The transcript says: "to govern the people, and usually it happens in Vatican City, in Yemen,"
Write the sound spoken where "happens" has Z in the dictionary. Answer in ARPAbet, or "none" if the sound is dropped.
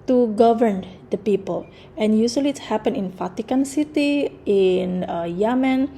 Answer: none